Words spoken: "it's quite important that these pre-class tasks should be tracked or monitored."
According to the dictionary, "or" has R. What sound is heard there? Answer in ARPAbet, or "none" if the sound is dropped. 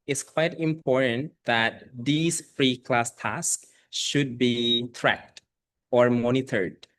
R